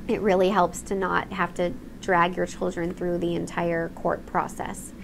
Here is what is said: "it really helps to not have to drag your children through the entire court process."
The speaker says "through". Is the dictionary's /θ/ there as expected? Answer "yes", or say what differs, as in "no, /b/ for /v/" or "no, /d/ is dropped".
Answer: yes